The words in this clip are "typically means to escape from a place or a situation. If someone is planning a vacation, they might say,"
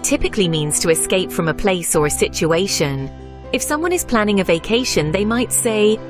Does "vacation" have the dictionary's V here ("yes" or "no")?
yes